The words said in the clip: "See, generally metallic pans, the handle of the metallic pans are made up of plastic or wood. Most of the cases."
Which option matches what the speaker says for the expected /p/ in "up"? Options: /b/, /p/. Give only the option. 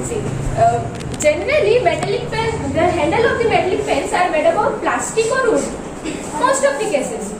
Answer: /b/